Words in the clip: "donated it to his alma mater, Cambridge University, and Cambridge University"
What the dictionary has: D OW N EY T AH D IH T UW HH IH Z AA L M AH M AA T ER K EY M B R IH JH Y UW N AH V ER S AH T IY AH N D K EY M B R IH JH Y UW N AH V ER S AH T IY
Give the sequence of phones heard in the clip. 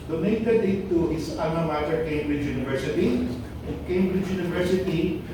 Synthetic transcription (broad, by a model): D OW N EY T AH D IH T UW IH S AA M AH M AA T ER K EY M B R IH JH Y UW N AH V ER S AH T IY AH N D K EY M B R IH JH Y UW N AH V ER S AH T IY